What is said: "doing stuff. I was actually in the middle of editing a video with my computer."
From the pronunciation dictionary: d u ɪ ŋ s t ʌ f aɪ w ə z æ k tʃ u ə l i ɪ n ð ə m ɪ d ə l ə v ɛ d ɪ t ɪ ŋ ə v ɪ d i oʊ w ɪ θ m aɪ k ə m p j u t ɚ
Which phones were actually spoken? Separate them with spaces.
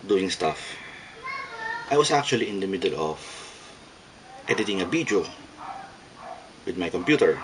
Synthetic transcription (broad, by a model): d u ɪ ŋ s t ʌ f aɪ w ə s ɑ k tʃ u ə l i ɪ n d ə m ɪ d ə l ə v ɛ d ɪ t ɪ ŋ ə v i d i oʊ w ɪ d m aɪ k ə m p j u t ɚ